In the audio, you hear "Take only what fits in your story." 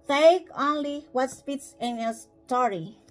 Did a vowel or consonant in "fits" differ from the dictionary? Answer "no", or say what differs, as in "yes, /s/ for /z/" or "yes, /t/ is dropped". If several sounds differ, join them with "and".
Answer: yes, /p/ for /f/